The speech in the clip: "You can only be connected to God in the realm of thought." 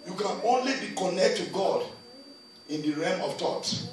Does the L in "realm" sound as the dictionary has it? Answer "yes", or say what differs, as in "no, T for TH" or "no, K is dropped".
no, L is dropped